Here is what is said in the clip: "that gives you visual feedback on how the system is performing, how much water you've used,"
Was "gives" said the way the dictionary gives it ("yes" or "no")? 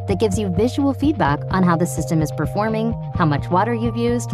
yes